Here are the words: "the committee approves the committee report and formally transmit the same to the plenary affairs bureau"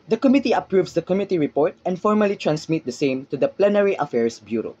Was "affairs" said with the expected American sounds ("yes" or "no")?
no